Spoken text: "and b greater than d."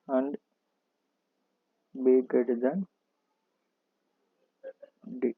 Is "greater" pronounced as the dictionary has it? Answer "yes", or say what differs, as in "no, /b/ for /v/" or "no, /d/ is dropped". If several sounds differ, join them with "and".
no, /ɹ/ is dropped